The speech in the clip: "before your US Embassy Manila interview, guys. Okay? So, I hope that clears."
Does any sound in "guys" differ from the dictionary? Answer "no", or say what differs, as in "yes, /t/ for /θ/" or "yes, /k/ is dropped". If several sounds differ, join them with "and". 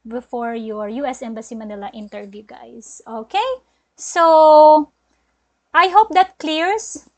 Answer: yes, /s/ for /z/